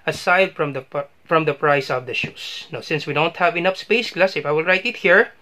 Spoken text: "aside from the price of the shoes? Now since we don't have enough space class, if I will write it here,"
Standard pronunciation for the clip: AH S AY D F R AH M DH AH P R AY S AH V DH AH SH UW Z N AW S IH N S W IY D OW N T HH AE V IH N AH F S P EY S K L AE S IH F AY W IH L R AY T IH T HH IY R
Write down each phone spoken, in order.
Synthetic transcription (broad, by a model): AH S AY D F R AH M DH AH P R AY S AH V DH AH SH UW S N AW S IH N S W IY D OW N T HH AE V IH N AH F S P EY S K L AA S IH F AY W IH L R AY T IH T HH IY R